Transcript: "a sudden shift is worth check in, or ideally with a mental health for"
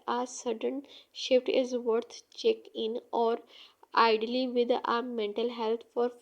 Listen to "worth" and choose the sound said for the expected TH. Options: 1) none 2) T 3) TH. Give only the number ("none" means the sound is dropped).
2